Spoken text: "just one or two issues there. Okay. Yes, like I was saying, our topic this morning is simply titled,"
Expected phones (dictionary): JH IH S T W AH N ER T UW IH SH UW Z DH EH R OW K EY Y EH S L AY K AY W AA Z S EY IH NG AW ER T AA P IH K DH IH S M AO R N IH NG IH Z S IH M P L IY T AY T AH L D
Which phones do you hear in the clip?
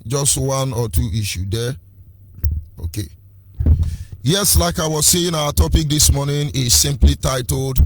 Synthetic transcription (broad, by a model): JH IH S T W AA N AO T UW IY SH UW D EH OW K EY Y EH S L AY K AY W AA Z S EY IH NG AW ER T AA P IH K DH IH S M AO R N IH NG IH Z S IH M P L IY T AY T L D